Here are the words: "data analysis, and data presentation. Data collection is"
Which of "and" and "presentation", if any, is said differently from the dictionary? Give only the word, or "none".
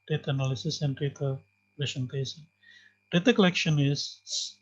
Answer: presentation